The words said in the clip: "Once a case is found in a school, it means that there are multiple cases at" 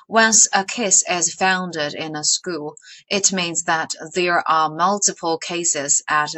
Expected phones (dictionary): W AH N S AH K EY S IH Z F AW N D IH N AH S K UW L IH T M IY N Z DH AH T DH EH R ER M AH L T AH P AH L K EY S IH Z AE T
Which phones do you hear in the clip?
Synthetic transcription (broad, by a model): W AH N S AH K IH S IH Z F AW N D IH N AH S K UW L IH T M IY N Z DH AH T DH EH R ER M AH L T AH P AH L K EY S IH Z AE T